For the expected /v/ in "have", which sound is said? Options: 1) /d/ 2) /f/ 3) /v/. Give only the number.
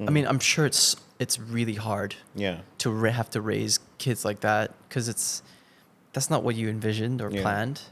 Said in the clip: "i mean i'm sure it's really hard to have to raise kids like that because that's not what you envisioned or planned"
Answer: 2